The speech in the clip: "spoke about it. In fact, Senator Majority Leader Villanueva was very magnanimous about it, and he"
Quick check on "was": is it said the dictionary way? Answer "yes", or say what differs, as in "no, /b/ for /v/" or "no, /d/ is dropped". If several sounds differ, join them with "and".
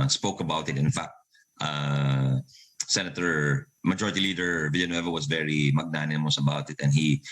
no, /s/ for /z/